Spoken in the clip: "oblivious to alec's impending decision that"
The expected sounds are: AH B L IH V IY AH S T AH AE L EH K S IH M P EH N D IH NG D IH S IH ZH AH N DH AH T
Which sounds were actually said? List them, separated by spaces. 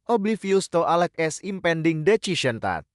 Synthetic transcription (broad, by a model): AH B L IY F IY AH S T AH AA L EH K S IH M P EH N D IH NG D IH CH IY SH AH N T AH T